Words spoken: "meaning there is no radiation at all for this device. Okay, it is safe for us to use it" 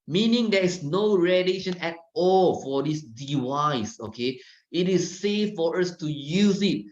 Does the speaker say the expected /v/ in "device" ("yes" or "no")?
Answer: no